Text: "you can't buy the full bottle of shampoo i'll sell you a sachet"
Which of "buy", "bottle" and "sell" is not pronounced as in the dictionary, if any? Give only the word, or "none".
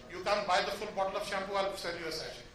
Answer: sell